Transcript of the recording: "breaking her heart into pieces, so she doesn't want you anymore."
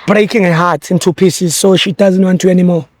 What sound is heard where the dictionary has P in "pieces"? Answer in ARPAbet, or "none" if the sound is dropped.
P